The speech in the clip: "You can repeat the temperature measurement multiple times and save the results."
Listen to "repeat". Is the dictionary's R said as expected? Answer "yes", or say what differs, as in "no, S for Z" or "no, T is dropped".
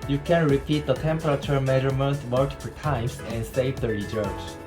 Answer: yes